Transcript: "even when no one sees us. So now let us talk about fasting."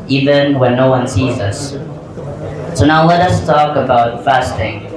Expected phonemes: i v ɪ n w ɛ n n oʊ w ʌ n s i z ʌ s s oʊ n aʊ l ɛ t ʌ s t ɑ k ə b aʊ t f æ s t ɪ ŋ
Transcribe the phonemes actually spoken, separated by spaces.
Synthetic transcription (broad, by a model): i v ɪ n w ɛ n n oʊ w ʌ n s i z ʌ s s oʊ n aʊ l ɛ t ʌ s t ɑ k ə b aʊ t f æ s t ɪ ŋ